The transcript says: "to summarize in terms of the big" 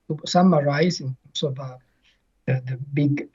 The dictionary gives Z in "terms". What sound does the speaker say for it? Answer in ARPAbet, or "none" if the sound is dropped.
S